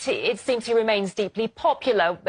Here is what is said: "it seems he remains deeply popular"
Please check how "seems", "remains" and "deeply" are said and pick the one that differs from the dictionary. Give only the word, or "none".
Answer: none